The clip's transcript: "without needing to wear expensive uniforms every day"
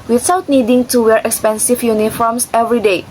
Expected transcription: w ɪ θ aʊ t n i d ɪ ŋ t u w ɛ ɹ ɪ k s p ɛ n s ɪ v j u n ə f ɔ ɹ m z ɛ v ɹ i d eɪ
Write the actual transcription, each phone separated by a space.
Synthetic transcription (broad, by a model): w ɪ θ aʊ t n i d ɪ ŋ t u w ɛ ɹ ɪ k s p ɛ n s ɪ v j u n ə f ɔ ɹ m s ɛ v ɹ i d eɪ